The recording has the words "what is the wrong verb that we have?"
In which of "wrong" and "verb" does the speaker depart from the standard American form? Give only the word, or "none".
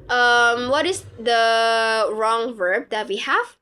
none